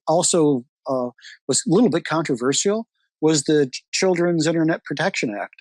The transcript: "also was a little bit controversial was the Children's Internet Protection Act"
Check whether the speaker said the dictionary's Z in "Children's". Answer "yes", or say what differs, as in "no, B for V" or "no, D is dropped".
yes